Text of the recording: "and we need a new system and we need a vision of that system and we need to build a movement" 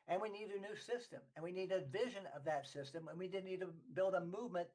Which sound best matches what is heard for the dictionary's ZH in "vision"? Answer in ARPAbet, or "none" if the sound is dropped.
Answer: ZH